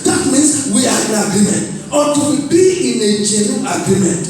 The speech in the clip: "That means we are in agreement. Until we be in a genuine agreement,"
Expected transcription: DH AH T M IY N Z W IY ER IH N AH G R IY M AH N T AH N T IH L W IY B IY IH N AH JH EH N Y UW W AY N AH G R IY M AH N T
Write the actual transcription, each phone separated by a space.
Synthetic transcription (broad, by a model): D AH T M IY N S W IY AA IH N AH G R IY M AH N T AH T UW W IY B IY IH N AH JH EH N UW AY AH G R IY M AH N T